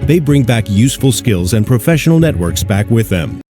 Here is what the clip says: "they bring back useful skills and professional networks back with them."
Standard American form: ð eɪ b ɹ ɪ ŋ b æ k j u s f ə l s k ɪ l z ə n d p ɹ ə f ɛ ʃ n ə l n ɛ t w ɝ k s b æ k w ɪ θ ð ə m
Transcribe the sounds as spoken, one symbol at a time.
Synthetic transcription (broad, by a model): ð eɪ b ɹ ɪ ŋ b æ k j u s f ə l s k ɪ l z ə n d p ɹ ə f ɛ ʃ n l n ɛ t w ɝ k s b æ k w ɪ ð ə m